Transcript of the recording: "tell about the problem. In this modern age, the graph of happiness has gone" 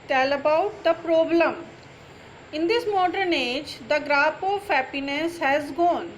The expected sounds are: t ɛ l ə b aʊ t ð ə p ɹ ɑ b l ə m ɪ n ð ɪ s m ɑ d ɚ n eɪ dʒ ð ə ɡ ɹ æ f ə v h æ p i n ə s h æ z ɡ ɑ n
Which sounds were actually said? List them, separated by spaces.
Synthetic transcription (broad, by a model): t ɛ l ə b aʊ t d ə p ɹ ɑ b l ə m ɪ n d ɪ s m ɑ d ɚ n eɪ dʒ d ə ɡ ɹ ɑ p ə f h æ p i n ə s h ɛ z ɡ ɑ n